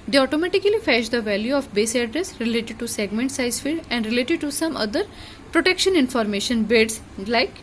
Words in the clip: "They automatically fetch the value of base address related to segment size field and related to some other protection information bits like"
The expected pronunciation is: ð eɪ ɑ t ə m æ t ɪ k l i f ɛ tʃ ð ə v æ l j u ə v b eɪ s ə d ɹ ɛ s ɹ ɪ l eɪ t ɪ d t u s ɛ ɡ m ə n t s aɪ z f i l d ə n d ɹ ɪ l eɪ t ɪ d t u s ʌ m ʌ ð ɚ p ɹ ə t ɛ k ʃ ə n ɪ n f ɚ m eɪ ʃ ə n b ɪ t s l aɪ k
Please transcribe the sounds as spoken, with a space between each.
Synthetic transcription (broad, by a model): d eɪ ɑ t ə m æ t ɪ k l i f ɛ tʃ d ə v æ l j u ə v b eɪ s ə d ɹ ɛ s ɹ ɪ l eɪ t ɪ d t u s ɛ ɡ m ə n t s aɪ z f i d ə n d ɹ ɪ l eɪ t ɪ d t u s ʌ m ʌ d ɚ p ɹ ə t ɛ k ʃ ə n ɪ n f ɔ m eɪ ʃ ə n b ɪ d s l aɪ k